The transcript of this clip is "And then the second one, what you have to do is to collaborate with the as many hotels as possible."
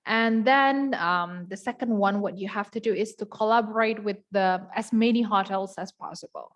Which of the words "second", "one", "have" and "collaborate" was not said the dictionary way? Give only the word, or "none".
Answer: have